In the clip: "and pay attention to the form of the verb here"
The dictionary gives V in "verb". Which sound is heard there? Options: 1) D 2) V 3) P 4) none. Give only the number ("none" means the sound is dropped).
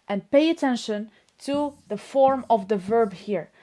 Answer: 2